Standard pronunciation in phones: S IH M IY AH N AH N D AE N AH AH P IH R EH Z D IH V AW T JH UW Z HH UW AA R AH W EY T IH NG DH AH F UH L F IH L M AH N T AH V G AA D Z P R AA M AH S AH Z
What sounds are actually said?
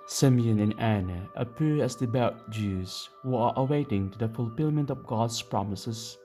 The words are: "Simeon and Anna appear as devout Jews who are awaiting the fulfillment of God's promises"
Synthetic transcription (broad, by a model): S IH M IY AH N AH N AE N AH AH P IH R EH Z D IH B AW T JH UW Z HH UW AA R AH W EY T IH NG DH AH F UH L F IH L M AH N T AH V G AA D S P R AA M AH S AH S